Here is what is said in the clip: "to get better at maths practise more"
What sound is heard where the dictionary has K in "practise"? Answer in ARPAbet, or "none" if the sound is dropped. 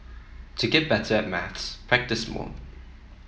K